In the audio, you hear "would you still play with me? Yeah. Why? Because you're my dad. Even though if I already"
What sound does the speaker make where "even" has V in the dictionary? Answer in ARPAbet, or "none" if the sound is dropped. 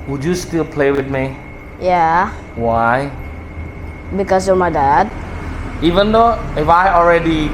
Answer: V